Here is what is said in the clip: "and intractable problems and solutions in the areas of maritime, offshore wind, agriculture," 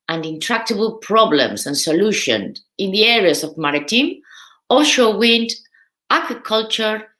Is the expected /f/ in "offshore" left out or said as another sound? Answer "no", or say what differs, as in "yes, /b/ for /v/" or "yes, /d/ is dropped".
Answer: yes, /f/ is dropped